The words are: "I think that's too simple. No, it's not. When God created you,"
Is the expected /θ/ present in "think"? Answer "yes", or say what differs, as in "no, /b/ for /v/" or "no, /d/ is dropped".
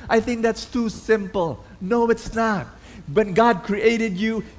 yes